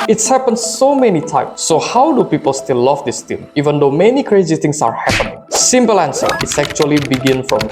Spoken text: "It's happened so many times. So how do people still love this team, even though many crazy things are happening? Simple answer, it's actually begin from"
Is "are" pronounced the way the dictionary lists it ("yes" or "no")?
yes